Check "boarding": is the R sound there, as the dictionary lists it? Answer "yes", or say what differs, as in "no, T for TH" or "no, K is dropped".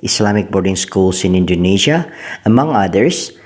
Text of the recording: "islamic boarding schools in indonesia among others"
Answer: yes